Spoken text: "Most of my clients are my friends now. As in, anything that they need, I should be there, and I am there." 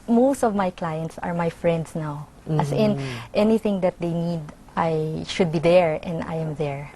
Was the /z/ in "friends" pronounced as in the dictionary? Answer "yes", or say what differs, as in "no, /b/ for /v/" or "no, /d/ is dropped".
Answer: no, /s/ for /z/